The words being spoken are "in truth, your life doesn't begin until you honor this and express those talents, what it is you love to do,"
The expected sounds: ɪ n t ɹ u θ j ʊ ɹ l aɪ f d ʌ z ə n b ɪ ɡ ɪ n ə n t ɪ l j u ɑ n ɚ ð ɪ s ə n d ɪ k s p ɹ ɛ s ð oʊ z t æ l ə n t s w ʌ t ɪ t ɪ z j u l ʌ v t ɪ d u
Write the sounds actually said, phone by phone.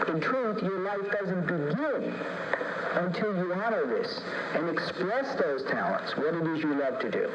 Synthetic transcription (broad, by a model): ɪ n t ɹ u θ j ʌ ɹ l aɪ f d ʌ z ə n b ɪ ɡ ɪ n ə n t ɪ l j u ɑ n ɚ ð ɪ s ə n ɪ k s p ɹ ɛ s ð oʊ z t æ l ə n t s w ʌ t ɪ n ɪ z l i l ʌ v t ɪ d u